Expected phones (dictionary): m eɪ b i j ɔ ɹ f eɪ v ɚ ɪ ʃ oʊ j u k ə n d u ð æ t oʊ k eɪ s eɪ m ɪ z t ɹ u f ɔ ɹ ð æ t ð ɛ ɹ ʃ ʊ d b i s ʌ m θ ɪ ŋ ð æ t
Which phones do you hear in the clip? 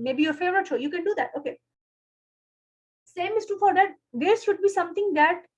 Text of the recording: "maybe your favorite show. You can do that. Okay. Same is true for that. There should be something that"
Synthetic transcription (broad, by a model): m eɪ b i j ɔ ɹ f eɪ v ɚ ɪ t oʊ j u k ə n d u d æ t oʊ k eɪ s eɪ m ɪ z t u f ɔ ɹ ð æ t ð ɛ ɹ ʃ ʊ d b i s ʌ m t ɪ ŋ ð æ t